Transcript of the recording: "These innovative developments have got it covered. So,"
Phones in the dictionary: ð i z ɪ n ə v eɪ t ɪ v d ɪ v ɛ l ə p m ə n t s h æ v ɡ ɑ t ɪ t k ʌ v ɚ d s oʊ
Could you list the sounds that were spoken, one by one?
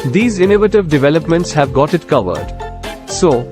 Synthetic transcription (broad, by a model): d i z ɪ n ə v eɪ t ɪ v d ɪ v ɛ l ə p m ə n t s h æ v ɡ ɑ t ɪ t k ʌ v ɚ d s oʊ